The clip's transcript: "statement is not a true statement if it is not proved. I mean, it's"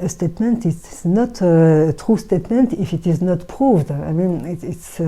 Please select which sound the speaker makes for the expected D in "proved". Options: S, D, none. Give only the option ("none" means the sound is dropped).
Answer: D